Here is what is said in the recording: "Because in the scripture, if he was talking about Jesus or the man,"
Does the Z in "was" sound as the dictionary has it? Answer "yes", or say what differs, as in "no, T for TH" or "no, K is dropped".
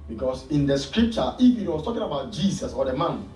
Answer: no, S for Z